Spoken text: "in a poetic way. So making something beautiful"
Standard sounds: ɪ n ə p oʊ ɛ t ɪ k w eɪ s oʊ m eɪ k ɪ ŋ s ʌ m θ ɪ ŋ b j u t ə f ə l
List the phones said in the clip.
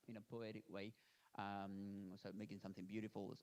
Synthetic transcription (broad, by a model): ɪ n ə p oʊ ɛ t ɪ k w eɪ s oʊ m eɪ k ɪ ŋ s ʌ m θ ɪ ŋ b j u t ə f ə l